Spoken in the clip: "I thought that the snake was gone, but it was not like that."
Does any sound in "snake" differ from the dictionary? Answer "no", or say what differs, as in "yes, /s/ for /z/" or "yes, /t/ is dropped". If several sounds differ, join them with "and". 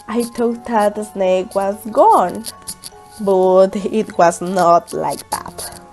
no